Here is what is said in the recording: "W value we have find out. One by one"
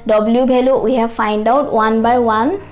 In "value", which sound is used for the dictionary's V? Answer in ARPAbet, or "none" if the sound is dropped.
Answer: B